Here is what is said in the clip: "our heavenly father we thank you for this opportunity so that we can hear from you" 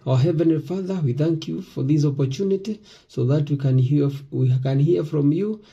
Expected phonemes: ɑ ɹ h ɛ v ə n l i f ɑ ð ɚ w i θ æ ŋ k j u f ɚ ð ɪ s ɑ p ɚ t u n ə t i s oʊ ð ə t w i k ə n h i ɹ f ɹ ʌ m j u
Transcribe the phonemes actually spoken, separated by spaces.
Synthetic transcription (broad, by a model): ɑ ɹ h ɛ v ə n l i f ɑ ð ɚ w i θ æ ŋ k j u f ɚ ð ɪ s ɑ p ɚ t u n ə t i s oʊ ð ə t w i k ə n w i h f ɹ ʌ m j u